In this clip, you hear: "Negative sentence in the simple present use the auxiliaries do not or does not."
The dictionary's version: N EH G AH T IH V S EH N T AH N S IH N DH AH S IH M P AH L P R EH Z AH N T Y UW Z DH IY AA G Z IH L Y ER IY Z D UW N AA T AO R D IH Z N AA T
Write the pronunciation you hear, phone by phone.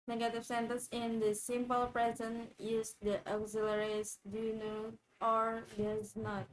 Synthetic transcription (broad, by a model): N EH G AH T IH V S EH N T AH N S IH N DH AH S IH M P AH L P R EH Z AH N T Y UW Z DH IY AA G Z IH L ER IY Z D UW N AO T AO R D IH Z N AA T